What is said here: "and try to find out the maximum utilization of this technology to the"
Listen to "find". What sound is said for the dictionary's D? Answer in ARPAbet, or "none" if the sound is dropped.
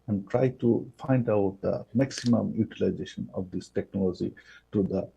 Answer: D